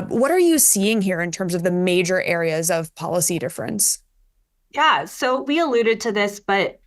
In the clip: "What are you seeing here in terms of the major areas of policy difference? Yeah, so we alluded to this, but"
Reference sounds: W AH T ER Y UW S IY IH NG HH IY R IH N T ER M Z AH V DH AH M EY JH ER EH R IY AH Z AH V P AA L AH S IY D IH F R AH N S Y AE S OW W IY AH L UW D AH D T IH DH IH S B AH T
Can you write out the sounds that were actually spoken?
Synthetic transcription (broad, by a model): W AH T ER Y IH S IY IH NG HH IY R IH N T ER M Z AH V DH AH M EY JH ER EH R IY AH Z AH V P AA L AH S IY D IH F R AH N S Y AE S OW W IY AH L UW D AH D T IH DH IH S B AH T